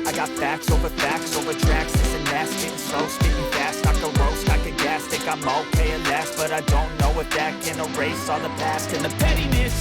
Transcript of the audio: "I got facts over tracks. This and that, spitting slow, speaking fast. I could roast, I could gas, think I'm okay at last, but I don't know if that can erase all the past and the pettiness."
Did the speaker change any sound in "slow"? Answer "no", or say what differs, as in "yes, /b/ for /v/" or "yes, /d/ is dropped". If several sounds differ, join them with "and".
yes, /l/ is dropped